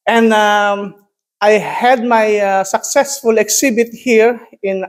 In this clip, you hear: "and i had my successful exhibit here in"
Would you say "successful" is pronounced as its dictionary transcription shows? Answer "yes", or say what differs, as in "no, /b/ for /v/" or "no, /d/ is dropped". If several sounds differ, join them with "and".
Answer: yes